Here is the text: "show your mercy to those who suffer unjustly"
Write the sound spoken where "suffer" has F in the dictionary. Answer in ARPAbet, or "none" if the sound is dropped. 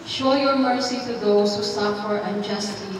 P